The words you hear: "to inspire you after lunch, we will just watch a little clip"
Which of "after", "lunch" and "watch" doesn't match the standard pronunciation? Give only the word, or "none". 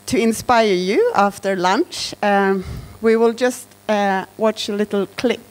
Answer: none